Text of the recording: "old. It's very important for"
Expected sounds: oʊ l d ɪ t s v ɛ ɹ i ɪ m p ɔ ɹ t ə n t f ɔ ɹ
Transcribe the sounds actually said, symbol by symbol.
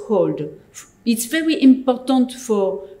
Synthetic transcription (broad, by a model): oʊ l d ɪ t s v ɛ ɹ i ɪ m p ɔ ɹ t ə n t f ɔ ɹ